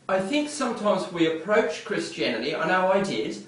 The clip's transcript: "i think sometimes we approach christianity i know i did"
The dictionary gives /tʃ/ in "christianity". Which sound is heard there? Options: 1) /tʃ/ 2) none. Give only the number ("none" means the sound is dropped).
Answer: 1